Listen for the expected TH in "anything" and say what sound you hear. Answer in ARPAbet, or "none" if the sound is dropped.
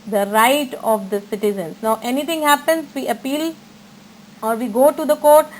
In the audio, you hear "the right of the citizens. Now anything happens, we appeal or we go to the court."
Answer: T